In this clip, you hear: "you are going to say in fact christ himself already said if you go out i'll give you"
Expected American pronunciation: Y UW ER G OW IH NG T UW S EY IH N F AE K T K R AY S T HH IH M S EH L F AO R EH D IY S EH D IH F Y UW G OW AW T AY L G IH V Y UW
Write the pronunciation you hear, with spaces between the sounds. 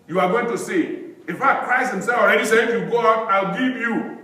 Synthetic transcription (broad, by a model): Y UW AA G OW IH NG T UW S EY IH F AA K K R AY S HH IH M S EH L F AO R EH D IY S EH IH F Y UW G OW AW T AY L G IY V Y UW